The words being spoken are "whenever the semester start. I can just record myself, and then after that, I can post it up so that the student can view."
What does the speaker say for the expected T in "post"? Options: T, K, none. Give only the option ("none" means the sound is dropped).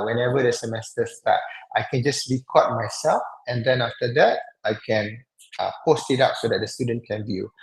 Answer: T